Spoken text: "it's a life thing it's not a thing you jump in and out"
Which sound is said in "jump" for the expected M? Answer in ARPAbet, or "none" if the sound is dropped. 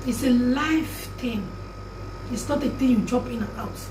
none